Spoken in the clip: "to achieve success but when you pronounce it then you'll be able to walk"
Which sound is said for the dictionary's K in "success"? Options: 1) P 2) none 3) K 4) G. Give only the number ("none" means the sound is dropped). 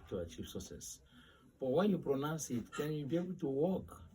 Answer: 2